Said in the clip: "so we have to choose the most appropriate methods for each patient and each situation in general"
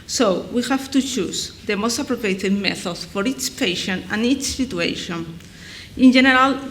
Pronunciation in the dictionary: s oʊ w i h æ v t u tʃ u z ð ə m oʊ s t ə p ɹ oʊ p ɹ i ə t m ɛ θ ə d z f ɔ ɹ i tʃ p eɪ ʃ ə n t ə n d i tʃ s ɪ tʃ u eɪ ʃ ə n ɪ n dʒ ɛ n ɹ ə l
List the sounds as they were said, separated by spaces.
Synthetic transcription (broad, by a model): s oʊ w i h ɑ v t u tʃ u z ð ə m oʊ s t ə p ɹ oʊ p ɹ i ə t m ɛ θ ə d f ɔ ɹ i s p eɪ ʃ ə n ə n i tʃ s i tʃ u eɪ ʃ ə n ɪ n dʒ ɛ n ɹ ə l